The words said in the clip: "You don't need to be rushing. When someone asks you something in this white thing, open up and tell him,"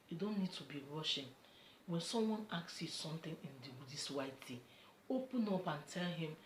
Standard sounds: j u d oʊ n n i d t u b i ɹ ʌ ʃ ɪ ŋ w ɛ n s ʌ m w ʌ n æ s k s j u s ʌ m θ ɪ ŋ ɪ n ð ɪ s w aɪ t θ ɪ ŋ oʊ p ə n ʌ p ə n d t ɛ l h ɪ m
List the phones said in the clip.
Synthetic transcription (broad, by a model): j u d oʊ n n i d t u b i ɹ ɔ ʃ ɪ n w ɛ n s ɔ m w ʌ n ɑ k s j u s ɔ m t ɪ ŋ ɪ n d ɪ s w aɪ t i oʊ p ə n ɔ p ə n t ɛ l h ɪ m